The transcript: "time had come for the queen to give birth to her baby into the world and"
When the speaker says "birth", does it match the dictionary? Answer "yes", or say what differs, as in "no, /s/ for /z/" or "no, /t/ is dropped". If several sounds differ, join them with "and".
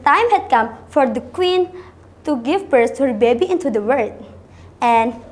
no, /s/ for /θ/